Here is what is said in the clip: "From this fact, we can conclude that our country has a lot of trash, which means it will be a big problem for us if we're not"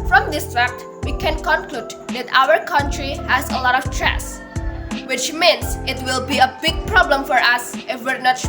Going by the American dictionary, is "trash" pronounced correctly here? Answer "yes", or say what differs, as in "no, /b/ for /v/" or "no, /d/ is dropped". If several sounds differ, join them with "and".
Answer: no, /s/ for /ʃ/